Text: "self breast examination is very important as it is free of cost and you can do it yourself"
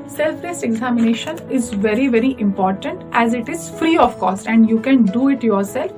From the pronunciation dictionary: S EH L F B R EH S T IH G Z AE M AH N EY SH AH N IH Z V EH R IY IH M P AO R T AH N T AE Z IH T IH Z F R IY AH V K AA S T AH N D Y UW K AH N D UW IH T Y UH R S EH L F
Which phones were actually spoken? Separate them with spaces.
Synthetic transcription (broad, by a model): S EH L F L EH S IH G Z AE M AH N EY SH AH N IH Z V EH R IY IH M P AO R T AH N T AE Z IH T IH Z F R IY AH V K AA S T AH N D Y UW K AH N D UW IH T Y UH R S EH L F